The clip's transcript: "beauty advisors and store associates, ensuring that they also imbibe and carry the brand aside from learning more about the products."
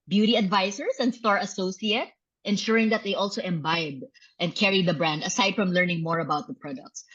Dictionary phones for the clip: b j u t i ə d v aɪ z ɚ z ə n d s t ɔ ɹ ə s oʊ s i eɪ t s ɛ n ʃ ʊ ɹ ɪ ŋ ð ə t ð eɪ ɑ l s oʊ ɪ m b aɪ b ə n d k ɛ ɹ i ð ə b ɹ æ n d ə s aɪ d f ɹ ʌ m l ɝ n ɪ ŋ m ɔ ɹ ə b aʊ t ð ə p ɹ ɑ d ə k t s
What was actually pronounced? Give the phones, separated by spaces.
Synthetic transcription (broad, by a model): b j u t i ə d v aɪ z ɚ s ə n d s t ɔ ɹ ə s oʊ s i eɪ t ɛ n ʃ ʊ ɹ ɪ ŋ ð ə t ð eɪ ɑ l s oʊ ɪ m b aɪ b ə n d k ɛ ɹ i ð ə b ɹ æ n d ə s aɪ d f ɹ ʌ m l ɝ n ɪ ŋ m ɔ ɹ ə b aʊ t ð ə p ɹ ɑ d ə k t s